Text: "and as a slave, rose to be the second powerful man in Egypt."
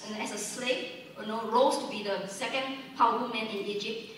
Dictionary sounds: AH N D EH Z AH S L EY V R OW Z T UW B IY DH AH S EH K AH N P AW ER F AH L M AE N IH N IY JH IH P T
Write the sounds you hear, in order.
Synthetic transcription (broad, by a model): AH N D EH S AH S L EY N R OW S T UW B IY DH AH S EH K AH N P AW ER AH M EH N IH N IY JH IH P T